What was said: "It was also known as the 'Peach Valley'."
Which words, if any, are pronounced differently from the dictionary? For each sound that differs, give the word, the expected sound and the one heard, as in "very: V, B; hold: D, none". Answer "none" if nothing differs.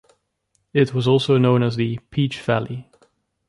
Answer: none